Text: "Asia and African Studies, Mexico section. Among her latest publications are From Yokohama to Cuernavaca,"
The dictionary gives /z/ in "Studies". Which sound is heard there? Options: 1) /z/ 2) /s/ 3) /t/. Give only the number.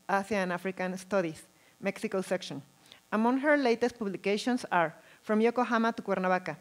2